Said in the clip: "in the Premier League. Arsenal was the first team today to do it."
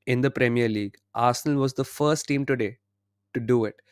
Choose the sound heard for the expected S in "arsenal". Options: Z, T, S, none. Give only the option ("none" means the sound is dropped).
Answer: S